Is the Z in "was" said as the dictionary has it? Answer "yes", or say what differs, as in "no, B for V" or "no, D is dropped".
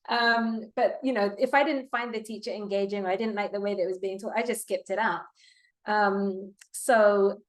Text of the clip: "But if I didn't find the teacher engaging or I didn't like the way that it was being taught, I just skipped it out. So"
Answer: yes